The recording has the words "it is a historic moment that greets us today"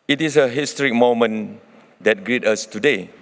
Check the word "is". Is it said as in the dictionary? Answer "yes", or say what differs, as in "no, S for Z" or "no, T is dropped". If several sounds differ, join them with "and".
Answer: no, S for Z